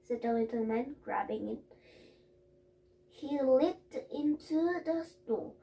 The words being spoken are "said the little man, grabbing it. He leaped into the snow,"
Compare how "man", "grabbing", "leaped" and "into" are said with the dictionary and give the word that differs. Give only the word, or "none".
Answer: leaped